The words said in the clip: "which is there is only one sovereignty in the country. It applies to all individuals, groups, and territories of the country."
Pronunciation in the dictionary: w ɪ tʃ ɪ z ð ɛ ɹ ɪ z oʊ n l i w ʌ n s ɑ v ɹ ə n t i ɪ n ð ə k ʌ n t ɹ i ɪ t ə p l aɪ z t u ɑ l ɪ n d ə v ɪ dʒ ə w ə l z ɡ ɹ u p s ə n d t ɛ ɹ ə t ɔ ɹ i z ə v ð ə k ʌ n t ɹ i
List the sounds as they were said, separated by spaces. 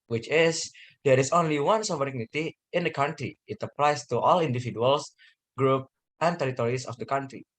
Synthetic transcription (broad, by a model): w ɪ tʃ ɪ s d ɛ ɹ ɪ s oʊ n l i w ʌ n s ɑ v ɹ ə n t i ɪ n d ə k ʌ n t ɹ i ɪ t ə p l aɪ s t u ɑ l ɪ n d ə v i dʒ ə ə l s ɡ ɹ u p ə n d t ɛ ɹ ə t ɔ ɹ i s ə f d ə k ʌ n t ɹ i